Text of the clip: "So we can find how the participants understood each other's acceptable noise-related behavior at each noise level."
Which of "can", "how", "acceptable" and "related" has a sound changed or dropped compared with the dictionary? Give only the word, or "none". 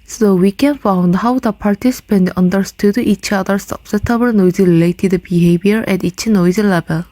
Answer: acceptable